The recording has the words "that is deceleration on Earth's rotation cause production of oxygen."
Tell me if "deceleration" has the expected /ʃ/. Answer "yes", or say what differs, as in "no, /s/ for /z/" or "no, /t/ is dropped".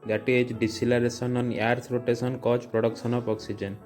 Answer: no, /s/ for /ʃ/